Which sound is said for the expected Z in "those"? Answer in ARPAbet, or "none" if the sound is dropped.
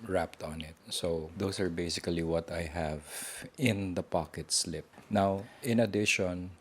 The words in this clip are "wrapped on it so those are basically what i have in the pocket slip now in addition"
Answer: S